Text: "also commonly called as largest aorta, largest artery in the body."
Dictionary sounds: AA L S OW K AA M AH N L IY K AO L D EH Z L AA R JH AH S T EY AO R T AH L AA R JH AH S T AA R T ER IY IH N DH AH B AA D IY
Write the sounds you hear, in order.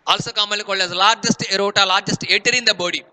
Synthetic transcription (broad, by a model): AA L S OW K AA M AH L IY K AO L EH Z L AA R JH AH S T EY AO T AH L AA R JH AH S T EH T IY IH N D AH B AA D IY